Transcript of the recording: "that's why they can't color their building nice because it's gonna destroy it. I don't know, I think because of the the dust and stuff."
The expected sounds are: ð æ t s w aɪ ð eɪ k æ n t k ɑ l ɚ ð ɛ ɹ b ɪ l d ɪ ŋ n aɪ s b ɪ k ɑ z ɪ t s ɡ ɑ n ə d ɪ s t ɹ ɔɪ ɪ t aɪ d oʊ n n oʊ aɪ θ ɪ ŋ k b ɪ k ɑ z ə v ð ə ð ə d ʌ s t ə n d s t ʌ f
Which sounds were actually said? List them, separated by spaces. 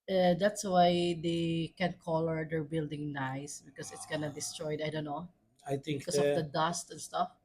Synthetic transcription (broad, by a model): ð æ t s w aɪ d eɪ k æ n k ɑ l ɚ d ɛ ɹ b ɪ l d ɪ ŋ n aɪ s b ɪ k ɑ s ɪ t s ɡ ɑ n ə d ɪ s t ɹ ɔɪ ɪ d aɪ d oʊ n n oʊ aɪ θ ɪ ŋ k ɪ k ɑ s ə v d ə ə d ʌ s t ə n s t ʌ f